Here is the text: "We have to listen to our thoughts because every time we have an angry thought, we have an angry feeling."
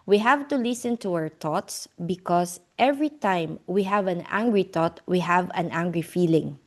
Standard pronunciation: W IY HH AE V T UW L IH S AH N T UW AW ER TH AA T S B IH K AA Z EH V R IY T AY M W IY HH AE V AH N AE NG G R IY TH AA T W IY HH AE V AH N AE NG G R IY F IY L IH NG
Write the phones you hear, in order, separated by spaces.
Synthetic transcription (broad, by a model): W IY HH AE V T UW L IH S AH N T UW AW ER T AA T S B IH K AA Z EH V R IY T AY M W IY HH AE V AH N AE NG G R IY T AA T W IY HH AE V AH N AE NG G R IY F IY L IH NG